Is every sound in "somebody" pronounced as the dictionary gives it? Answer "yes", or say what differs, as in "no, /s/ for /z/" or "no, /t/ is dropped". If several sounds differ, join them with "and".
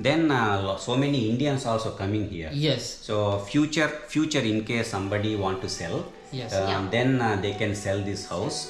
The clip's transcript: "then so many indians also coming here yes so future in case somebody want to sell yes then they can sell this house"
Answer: yes